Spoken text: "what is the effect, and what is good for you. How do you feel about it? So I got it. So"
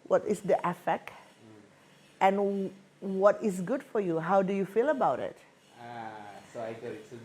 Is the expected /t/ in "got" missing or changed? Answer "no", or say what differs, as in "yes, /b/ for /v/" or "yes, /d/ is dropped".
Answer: yes, /t/ is dropped